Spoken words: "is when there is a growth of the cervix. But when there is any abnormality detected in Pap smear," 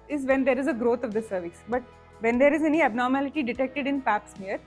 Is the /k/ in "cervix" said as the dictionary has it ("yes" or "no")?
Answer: no